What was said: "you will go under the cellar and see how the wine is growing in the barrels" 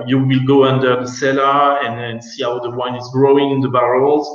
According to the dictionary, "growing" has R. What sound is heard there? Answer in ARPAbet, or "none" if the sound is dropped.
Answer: R